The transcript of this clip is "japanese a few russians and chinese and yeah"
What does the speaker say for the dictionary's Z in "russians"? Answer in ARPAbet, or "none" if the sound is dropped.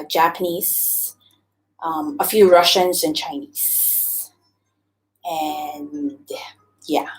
Z